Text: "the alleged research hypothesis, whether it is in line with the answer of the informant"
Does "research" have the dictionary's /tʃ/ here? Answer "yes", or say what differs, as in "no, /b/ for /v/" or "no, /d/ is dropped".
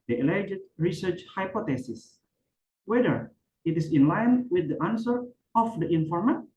yes